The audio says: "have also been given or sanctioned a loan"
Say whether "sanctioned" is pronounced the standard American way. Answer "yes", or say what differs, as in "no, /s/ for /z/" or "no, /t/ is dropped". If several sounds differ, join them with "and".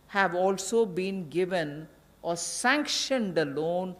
yes